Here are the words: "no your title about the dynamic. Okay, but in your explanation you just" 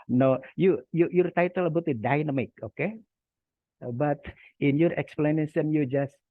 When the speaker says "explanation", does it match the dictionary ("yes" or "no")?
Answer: no